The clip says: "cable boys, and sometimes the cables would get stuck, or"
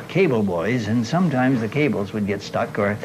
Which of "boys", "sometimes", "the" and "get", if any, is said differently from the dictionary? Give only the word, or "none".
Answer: none